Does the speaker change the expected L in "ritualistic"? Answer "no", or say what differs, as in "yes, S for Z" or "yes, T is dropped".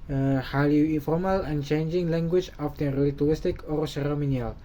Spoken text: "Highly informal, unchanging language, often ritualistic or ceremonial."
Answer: yes, L is dropped